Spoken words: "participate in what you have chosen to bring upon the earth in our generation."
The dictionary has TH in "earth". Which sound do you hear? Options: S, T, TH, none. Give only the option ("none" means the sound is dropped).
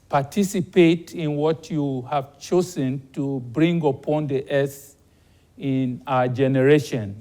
S